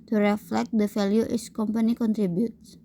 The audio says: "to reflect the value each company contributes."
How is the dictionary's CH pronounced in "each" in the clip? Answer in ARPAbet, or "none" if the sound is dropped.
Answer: S